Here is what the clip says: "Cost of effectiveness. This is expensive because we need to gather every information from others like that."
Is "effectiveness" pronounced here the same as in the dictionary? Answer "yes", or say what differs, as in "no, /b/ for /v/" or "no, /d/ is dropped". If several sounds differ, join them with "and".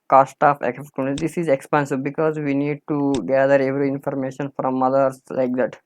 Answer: no, /v/ is dropped